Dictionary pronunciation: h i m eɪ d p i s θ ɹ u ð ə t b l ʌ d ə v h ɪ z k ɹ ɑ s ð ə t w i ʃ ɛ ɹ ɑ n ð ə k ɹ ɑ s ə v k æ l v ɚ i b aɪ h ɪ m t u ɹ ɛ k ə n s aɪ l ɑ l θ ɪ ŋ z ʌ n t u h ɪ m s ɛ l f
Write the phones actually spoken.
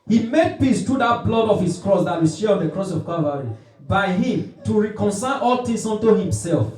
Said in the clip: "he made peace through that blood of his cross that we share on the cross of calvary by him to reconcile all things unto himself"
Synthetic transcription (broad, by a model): h i m eɪ d p i s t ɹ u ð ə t b l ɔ d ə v h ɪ s k ɹ ɑ s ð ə t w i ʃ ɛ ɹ ɑ n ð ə k ɹ ɑ s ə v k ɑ v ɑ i b aɪ h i m t u ɹ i k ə n s aɪ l ɑ l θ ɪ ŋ s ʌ n t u h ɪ m s ɛ l f